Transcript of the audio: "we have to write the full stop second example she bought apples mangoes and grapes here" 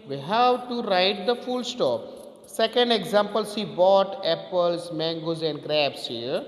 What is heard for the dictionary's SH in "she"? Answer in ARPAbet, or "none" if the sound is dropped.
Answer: S